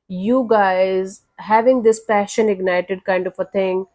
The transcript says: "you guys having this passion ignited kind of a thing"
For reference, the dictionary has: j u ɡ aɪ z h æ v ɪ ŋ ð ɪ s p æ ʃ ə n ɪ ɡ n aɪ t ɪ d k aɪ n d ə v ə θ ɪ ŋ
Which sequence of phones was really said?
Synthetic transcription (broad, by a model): j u ɡ aɪ z h æ v ɪ ŋ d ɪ s p æ ʃ ə n ɪ ɡ n aɪ t ɪ d k aɪ n d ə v ə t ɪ ŋ